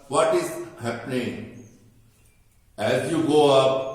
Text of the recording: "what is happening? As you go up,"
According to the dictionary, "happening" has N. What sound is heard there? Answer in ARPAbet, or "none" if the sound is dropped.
N